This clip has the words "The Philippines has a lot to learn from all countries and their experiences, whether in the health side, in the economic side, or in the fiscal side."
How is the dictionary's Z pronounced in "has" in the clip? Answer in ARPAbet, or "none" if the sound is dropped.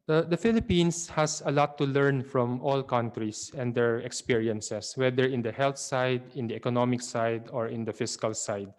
S